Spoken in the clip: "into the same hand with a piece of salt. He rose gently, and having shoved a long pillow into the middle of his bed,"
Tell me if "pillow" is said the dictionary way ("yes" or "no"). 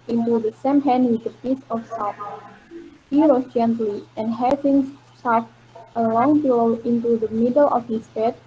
no